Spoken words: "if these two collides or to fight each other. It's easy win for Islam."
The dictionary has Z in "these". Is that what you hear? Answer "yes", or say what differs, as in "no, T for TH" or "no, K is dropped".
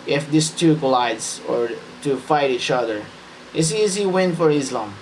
no, S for Z